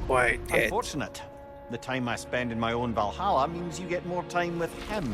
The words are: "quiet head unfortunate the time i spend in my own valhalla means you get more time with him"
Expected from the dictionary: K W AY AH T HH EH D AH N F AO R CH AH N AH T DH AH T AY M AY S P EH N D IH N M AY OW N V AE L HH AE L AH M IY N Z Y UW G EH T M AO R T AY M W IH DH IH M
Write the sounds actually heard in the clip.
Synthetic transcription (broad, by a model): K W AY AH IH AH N F AO R CH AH N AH T DH AH T AY M AY S P EH N D IH N M AY OW N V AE L HH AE L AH M IY N Z Y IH G EH T M AO R T AY M W IH DH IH M